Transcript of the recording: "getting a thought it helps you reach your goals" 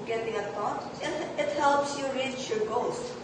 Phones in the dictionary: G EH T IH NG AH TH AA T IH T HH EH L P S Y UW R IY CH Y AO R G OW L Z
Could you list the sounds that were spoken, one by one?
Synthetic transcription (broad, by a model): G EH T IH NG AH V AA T IH T HH EH L P S Y UW R IY CH Y AO R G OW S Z